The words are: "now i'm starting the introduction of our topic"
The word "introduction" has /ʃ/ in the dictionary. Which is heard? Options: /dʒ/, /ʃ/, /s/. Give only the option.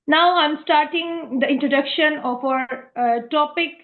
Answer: /ʃ/